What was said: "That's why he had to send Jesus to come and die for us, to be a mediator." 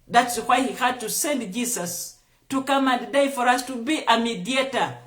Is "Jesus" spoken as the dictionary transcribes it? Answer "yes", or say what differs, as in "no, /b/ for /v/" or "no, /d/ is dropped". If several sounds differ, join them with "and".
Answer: no, /s/ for /z/